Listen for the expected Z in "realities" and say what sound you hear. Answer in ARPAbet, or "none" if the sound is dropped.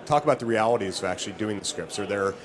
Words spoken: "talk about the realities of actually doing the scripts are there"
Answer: Z